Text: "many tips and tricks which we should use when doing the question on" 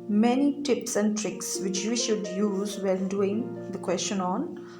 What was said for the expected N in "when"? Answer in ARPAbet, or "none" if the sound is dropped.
L